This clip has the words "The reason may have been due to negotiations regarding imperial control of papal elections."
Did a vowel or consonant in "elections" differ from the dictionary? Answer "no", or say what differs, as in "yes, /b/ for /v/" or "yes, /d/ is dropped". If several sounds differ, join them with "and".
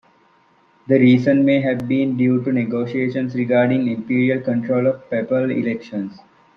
yes, /s/ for /z/